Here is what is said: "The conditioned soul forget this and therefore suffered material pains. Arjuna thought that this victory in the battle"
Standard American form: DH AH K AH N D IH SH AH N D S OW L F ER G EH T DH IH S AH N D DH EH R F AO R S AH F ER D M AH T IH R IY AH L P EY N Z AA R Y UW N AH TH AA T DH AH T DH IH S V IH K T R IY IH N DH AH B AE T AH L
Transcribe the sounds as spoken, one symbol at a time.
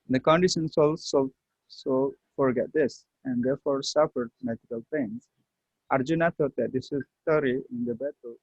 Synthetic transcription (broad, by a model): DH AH K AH N D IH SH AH N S S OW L F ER G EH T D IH S AH N D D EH R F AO R S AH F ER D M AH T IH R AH L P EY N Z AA R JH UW N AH T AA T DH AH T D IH S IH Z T R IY IH N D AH B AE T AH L